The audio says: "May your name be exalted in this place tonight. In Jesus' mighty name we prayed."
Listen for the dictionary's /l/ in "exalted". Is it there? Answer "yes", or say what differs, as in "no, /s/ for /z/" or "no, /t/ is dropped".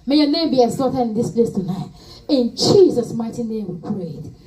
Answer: no, /l/ is dropped